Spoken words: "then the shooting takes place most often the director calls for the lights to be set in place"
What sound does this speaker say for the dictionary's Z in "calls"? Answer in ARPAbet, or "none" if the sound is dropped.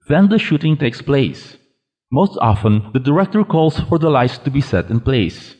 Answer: S